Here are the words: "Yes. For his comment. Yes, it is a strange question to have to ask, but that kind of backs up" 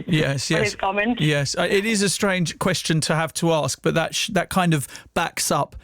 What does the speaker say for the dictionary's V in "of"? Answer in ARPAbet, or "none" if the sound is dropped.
V